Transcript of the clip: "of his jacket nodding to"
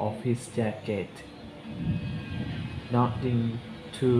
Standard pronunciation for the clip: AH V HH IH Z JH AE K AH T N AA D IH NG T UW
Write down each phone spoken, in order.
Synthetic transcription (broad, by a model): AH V HH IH S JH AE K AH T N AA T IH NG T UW